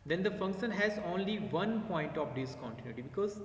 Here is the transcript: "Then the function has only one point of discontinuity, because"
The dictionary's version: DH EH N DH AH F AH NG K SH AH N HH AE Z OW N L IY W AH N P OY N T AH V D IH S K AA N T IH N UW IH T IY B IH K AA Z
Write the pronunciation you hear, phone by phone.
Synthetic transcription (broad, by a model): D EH N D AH F AH NG K SH AH N HH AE Z OW N L IY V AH N P OY N T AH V D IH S K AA N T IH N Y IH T IY B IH K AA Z